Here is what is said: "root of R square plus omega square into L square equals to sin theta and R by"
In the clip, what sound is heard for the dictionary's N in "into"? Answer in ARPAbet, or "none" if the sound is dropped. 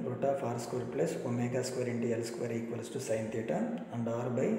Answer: N